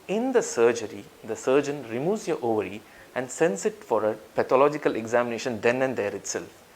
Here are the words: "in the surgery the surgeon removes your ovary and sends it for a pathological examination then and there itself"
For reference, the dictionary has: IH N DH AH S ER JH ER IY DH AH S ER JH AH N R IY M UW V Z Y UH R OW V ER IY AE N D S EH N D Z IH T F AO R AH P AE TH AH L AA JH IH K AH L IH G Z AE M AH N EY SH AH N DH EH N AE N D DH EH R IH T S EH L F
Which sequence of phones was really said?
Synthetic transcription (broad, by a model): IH N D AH S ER JH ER IY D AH S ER JH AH N R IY M UW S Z Y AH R OW V ER IY AE N D S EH N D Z IH T F AO R AH P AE T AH L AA JH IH K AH L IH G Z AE M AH N EY SH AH N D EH N AE N D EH R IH T S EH L F